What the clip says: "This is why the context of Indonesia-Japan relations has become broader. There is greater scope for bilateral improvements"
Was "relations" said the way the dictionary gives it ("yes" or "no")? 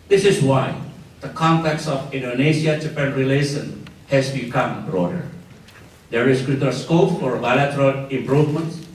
no